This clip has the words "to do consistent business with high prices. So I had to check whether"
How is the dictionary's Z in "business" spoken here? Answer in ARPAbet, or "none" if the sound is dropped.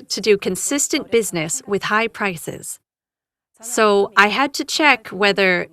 Z